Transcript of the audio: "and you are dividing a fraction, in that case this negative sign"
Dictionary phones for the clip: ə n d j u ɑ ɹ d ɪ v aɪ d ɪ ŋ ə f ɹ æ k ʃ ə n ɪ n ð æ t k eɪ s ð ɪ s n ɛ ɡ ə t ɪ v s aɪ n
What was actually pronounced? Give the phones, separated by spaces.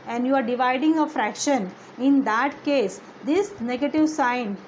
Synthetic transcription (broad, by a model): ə n d j u ɑ ɹ d ɪ v aɪ d ɪ ŋ ə f ɹ æ k ʃ ə n ɪ n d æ t k eɪ s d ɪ s n ɛ ɡ ə t ɪ v s aɪ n